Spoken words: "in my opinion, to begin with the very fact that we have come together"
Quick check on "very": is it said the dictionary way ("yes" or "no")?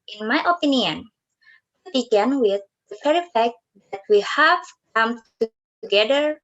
no